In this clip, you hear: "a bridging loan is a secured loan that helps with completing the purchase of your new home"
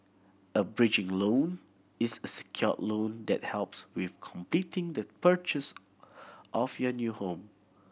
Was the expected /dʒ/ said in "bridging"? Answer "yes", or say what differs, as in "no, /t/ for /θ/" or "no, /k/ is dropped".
yes